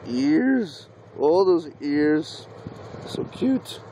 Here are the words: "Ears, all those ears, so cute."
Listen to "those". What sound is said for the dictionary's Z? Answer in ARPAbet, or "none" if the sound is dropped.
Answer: Z